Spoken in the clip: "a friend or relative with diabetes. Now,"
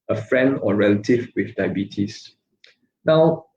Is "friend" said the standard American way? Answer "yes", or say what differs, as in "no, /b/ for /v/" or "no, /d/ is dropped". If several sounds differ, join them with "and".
yes